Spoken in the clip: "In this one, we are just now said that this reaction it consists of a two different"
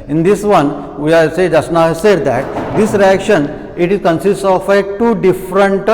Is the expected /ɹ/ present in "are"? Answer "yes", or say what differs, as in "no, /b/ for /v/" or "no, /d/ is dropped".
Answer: no, /l/ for /ɹ/